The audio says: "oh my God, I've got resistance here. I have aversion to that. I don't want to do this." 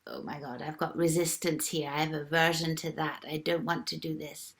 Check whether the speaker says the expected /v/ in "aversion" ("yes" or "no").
yes